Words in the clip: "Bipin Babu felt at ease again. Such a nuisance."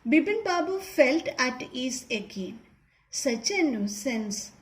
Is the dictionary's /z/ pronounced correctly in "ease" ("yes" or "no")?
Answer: no